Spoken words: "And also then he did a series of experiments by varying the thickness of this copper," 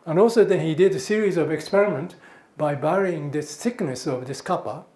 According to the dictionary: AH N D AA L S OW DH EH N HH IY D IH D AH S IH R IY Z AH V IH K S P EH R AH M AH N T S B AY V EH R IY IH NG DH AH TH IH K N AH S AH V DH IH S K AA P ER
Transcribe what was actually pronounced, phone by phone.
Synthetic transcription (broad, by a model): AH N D AA L S OW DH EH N HH IY D IH D AH S IH R IY Z AH V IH K S P EH R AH M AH N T B AY B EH R IY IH NG DH AH S IH K N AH S AH V DH IH S K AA P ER